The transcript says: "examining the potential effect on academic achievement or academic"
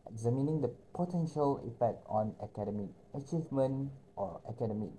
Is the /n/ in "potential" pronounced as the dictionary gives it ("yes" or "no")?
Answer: yes